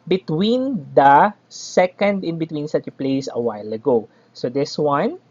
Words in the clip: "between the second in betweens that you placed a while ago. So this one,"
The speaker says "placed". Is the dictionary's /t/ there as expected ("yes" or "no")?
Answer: no